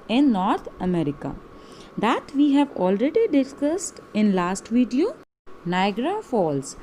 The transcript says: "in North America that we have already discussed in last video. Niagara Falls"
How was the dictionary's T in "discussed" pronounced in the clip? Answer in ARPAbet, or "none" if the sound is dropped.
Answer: T